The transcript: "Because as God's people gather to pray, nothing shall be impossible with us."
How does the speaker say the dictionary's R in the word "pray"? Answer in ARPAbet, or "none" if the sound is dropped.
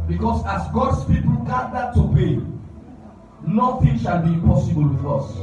none